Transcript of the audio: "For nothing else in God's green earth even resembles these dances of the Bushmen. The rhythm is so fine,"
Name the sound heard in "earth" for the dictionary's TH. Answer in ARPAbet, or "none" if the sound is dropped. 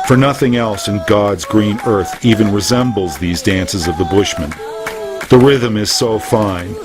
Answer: TH